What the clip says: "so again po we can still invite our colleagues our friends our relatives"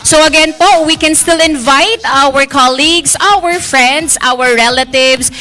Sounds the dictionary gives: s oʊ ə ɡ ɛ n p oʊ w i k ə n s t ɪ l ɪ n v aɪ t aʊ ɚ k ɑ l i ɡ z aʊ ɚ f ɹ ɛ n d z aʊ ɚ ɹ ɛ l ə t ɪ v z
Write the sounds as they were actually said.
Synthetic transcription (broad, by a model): s oʊ ə ɡ ɛ n p oʊ w i k ə n s t ɪ l ɪ n v aɪ t aʊ ɚ k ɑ l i ɡ s aʊ ɚ f ɹ ɛ n d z aʊ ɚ ɹ ɛ l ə t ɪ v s